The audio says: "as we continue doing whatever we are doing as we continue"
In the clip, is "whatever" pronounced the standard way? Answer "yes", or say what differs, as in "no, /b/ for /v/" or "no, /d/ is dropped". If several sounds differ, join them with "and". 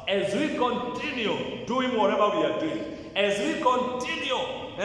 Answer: no, /b/ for /v/